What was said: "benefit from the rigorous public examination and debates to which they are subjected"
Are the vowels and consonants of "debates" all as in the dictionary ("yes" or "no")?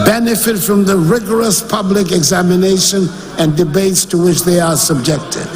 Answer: yes